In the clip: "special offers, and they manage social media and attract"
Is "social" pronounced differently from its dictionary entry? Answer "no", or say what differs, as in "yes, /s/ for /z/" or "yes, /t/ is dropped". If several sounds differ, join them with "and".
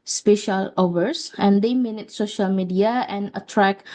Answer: no